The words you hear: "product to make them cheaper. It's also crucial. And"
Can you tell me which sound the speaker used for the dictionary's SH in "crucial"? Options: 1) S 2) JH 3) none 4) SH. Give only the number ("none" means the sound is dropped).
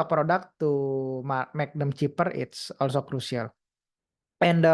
1